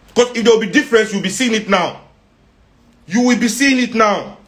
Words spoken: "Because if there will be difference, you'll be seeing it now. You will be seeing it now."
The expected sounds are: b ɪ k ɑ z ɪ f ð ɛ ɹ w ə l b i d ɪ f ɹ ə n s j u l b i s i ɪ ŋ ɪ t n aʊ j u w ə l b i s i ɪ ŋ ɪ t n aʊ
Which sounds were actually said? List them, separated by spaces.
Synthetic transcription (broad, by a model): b k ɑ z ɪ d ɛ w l b i d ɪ f ɹ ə n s j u w b i s i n ɪ t n aʊ j u w ə l b i s i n ɪ t n aʊ